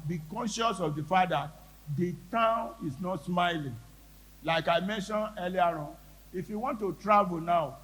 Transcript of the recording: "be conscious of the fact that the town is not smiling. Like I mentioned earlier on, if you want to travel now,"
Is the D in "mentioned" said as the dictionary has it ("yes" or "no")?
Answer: no